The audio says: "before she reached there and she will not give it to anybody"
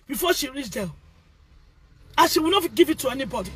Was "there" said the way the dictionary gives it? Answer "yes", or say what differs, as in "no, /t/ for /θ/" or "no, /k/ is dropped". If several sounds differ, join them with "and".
no, /l/ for /ɹ/